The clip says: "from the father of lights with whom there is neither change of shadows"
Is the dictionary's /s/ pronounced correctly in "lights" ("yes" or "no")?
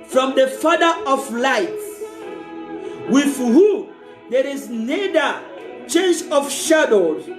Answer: no